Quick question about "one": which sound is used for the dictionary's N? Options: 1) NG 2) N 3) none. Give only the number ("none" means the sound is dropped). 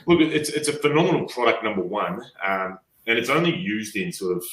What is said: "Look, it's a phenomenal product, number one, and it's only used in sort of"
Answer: 2